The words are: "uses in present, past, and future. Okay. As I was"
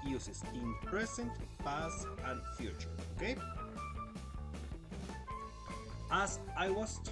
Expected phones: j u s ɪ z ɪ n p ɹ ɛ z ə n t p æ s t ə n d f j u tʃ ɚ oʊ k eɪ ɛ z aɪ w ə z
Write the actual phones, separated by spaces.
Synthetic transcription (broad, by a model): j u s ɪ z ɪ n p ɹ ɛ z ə n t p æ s ə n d f j u tʃ ɚ oʊ k eɪ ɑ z aɪ w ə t